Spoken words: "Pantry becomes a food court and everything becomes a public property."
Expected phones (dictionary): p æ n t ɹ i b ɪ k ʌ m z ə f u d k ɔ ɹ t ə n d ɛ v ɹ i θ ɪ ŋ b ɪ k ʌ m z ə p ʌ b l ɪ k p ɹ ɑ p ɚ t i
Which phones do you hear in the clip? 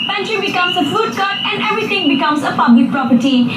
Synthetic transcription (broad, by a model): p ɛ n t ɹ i b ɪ k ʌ m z ə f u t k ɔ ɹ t ə n d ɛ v ɹ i t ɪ ŋ b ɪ k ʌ m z ə p ʌ b l ɪ k p ɹ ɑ p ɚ t i